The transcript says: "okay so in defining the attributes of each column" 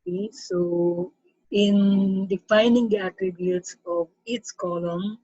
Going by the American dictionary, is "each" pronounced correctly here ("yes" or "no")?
no